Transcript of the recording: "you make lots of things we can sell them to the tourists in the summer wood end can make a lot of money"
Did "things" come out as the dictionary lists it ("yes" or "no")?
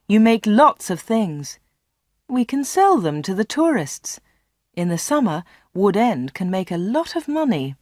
yes